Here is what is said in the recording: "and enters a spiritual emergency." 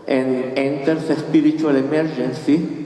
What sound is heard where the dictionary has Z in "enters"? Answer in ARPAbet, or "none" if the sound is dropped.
S